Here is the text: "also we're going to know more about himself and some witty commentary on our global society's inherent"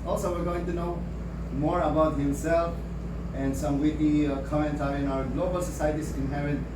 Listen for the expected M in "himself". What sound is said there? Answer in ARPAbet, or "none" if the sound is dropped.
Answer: M